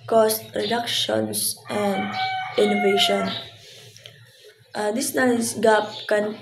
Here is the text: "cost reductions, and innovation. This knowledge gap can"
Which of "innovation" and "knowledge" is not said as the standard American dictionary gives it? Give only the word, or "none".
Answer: knowledge